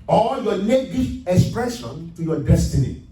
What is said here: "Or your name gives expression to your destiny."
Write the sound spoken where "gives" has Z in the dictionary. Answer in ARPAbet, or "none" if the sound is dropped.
none